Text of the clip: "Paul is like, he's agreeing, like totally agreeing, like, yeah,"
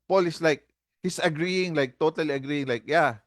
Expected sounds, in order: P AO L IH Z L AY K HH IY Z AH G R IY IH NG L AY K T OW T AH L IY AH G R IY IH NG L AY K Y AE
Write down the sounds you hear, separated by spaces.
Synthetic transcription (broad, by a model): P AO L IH S L AY K HH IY S AH G R IY IH NG L AY K T OW T AH L IY AH G R IY IH NG L AY K Y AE